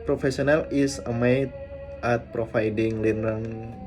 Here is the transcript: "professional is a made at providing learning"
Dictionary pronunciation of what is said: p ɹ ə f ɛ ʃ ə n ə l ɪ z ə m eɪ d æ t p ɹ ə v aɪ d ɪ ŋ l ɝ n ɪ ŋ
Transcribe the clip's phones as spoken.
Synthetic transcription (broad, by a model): p ɹ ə f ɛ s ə n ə l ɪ s ə m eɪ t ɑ t p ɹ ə f aɪ d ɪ ŋ l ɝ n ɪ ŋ